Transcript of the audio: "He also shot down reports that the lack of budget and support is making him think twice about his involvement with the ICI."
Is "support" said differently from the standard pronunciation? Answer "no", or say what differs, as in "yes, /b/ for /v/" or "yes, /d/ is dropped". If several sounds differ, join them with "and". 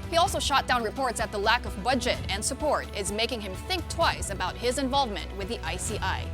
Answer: no